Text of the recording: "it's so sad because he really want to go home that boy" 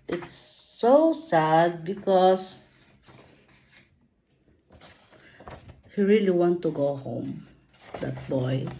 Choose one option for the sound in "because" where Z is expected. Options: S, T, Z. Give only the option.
S